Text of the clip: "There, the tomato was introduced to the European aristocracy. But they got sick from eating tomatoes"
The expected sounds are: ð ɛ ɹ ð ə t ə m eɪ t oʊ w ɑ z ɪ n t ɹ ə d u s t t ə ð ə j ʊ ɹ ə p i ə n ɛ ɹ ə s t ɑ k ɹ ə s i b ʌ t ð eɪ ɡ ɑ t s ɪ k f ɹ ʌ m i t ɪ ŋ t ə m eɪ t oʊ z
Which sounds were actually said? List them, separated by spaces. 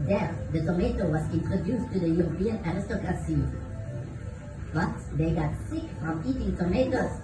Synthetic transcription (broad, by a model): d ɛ ɹ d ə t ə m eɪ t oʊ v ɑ s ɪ n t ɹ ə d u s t t ə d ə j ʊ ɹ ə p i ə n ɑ ɹ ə s t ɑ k ɹ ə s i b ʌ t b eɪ ɡ ɑ t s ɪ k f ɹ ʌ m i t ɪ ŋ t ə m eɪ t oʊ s